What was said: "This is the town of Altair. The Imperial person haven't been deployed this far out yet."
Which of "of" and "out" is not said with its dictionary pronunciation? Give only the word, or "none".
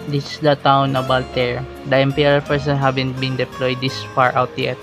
of